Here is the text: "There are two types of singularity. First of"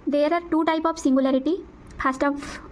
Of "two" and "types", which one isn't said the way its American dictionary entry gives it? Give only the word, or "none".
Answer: types